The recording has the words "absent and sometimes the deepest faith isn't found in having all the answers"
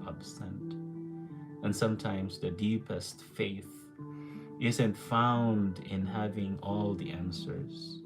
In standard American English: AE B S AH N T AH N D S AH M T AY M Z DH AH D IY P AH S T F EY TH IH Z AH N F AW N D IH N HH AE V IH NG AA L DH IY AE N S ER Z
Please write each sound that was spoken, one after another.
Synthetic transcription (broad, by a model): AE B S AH N T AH N S AH M T AY M Z DH AH D IY P AH S T F EY TH IH Z AH N F AW N D IH N HH AE V IH NG AA L DH IY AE N S ER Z